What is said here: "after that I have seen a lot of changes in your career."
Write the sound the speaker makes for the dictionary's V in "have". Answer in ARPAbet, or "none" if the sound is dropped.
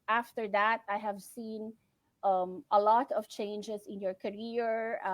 V